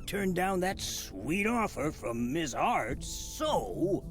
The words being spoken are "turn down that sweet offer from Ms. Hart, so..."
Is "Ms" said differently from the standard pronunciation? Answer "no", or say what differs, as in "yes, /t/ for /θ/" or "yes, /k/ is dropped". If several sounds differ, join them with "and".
no